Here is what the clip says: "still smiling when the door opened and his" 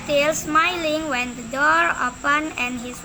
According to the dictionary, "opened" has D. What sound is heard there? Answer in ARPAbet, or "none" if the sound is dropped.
none